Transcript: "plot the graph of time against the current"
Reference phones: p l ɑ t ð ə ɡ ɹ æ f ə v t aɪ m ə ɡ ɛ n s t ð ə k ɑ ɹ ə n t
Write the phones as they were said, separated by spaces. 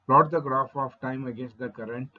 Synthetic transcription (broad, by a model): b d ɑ t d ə ɡ ɹ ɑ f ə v t aɪ m ə ɡ ɛ n s t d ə k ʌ ɹ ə n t